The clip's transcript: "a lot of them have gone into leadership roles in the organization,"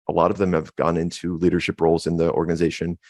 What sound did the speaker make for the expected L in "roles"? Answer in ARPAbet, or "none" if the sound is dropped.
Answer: L